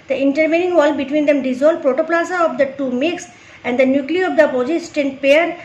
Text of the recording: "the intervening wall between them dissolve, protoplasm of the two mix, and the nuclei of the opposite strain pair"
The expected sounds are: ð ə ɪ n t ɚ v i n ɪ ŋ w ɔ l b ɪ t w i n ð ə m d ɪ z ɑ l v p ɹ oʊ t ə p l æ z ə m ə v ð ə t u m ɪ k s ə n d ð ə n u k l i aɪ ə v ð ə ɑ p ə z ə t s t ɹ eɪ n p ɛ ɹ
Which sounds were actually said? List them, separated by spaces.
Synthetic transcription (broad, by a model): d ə ɪ n t ɚ v i n ɪ ŋ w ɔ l b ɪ t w i n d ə m d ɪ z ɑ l p ɹ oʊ t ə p l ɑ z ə ə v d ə t u m ɪ k s ə n d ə n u k l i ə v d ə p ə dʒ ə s t eɪ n p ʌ ɹ